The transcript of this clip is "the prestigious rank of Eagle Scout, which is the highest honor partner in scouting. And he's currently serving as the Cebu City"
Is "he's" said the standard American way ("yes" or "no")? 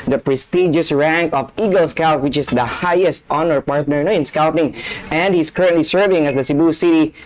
no